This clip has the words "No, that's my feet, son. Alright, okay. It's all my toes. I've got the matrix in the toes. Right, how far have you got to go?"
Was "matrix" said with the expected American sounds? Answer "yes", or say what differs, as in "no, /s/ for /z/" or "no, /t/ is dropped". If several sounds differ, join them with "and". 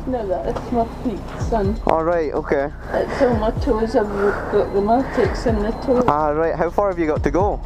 no, /ɹ/ is dropped